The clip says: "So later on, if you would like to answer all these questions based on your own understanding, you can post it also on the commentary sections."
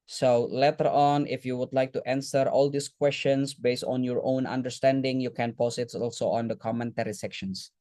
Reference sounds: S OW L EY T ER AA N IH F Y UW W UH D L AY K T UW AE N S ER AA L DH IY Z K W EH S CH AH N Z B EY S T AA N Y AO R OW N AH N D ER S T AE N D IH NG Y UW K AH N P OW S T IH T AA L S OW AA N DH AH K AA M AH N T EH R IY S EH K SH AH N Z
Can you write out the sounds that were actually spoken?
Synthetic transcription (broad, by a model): S OW L EY T ER AA N IH F Y UW W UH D L AY K T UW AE N S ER AA L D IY S K W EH S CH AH N S B EY S T AA N Y AO R OW N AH N D ER S T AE N D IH NG Y UW K AH N P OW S IH T AA L S OW AA N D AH K AA M AH N T EH R IY S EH K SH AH N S